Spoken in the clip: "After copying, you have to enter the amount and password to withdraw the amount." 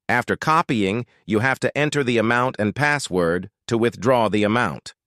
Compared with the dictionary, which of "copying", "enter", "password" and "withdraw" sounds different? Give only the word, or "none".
none